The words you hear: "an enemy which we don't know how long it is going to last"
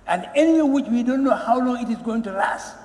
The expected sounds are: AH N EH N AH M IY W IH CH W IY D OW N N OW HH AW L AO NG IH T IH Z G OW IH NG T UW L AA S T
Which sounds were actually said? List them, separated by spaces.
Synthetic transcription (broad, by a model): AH N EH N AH IY W IH CH W IY D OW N N OW HH AW L AO NG IH T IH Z G OW IH NG T UW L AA S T